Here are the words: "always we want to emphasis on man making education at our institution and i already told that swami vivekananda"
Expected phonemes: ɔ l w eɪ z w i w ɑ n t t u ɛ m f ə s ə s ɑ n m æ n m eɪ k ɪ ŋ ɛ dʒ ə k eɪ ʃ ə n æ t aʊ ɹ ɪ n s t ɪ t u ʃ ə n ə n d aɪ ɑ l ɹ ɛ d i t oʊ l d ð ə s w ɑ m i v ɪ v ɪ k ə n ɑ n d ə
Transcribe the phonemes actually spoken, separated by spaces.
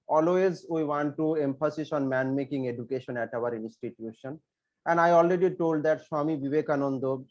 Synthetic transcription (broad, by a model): ɔ l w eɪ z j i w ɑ n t t u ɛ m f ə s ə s ɑ n m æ n m eɪ k ɪ ŋ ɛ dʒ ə k eɪ ʃ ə n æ t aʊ ɹ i n s t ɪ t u ʃ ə n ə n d aɪ ɑ l ɹ ɛ d i t oʊ l d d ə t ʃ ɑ m i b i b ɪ k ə n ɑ n d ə